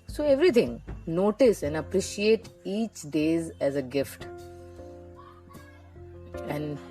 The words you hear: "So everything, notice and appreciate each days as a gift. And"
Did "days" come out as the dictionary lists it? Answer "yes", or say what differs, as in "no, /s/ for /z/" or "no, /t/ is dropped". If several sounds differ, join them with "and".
yes